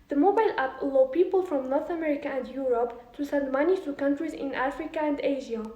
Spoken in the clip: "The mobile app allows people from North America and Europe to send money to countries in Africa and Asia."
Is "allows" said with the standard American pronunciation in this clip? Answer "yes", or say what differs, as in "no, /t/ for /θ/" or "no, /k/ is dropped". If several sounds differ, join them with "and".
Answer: no, /z/ is dropped